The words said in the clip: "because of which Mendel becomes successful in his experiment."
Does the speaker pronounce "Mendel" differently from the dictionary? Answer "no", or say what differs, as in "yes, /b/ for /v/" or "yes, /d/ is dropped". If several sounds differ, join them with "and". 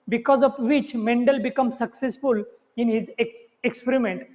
no